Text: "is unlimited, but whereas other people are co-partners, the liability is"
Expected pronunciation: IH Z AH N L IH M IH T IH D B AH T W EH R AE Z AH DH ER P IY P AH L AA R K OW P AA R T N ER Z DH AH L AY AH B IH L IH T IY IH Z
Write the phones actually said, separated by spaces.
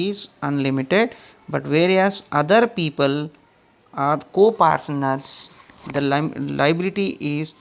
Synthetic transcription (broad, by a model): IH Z AH N L IH M IH T IH D B AH T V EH R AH S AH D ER P IY P AH L AA R K OW P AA R S N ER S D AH L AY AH B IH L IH T IY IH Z